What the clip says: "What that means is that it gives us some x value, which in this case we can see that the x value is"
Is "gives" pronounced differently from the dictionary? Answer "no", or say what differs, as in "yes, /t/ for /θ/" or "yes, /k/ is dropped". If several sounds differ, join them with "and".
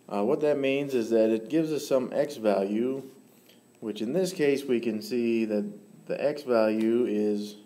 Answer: no